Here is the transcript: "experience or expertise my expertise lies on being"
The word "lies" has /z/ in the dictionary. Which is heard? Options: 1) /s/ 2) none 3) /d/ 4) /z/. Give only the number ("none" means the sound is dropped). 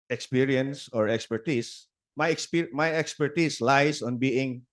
1